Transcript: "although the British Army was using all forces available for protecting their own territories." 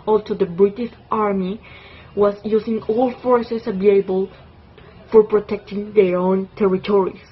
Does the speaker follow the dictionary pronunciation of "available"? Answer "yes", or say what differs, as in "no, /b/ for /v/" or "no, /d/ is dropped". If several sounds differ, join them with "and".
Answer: no, /b/ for /v/ and /l/ is dropped